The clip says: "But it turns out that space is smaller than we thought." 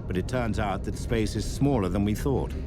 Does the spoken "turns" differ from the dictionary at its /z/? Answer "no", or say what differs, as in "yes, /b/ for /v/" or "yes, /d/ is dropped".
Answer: no